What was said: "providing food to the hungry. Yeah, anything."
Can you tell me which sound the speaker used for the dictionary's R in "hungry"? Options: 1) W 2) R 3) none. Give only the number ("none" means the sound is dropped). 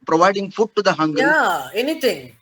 3